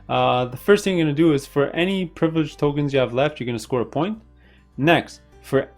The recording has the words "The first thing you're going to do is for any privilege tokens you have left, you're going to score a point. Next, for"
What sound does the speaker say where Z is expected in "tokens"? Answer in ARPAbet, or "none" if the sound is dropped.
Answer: Z